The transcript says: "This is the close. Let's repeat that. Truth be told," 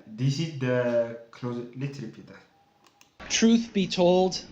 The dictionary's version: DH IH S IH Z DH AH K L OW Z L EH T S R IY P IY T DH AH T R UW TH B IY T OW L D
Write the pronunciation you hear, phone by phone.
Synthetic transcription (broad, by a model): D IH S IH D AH K L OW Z L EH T R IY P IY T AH T R UW TH B IY T OW L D